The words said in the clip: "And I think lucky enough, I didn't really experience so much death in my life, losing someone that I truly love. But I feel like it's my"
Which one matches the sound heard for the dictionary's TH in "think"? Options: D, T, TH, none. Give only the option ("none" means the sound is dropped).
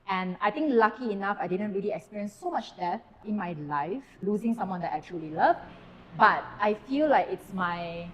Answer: T